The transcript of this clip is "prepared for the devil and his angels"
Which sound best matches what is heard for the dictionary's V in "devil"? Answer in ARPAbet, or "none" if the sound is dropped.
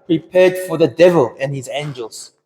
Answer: V